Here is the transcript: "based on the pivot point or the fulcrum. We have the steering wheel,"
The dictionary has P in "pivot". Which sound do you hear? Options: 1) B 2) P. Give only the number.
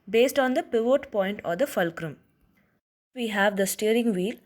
2